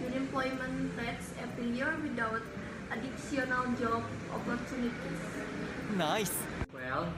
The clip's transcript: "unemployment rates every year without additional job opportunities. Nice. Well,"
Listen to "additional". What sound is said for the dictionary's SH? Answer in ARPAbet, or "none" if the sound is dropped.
S